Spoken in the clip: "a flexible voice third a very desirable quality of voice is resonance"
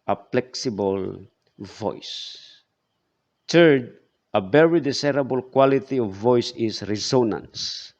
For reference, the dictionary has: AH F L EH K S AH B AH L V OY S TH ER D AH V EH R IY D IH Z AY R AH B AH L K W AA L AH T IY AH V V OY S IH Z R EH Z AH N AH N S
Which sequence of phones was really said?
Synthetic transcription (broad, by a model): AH P L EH K S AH B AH L V OY S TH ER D AH V EH R IY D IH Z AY R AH B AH L K W AA L AH T IY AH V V OY S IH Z R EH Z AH N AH N S